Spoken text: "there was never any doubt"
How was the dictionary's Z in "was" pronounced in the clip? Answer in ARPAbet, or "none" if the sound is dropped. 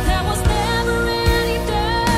Z